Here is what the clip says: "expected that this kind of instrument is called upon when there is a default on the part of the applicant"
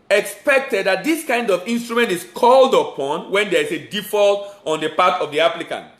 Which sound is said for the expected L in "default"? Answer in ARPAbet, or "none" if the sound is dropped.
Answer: L